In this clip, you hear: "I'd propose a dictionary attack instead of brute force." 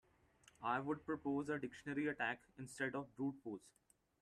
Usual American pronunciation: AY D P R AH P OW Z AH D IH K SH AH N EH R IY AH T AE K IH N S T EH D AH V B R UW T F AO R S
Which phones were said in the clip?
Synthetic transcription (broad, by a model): AY D P R AH P OW Z AH D IH K SH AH N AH R IY AH T AE K IH N S T EH D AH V B R UW T P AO L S